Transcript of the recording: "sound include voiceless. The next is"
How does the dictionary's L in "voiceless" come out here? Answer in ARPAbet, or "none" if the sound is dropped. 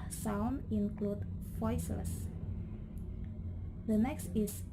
none